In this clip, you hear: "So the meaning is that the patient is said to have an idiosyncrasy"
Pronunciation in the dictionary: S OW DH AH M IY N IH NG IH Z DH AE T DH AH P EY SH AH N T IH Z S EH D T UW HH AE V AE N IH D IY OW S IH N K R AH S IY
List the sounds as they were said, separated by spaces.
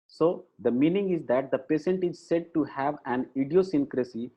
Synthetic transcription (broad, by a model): S OW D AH M IY N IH NG IH Z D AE T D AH P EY S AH N T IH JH S EH D T UW HH AE V AE N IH D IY OW S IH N K R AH S IY